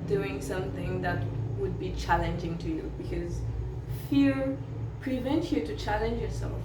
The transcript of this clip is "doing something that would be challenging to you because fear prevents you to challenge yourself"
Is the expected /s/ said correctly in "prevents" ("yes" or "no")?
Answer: no